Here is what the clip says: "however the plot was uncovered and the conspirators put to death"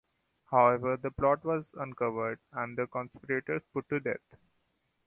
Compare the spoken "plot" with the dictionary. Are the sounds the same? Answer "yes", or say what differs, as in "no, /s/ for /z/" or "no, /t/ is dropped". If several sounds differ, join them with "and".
yes